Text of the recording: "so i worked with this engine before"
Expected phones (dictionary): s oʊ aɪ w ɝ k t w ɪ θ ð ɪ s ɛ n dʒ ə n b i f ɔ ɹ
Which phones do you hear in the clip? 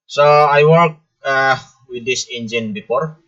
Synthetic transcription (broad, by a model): s oʊ aɪ w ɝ t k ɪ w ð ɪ s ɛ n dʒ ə n b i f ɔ ɹ